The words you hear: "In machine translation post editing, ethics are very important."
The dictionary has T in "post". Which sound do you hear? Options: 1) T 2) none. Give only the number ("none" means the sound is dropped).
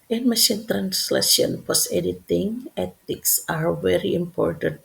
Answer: 2